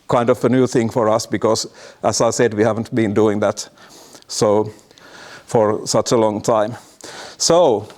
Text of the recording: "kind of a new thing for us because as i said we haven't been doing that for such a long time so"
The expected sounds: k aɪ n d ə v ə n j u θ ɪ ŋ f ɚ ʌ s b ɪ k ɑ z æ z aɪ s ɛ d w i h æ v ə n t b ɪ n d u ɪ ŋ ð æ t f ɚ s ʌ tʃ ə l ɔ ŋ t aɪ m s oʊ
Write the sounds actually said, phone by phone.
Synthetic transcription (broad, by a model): k aɪ n d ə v ə n j u θ ɪ ŋ f ɚ ʌ s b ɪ k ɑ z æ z aɪ s ɛ d w i h æ v ə n t b ɪ n d u ɪ ŋ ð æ t f ɚ s ʌ tʃ ə l ɔ ŋ t aɪ m s oʊ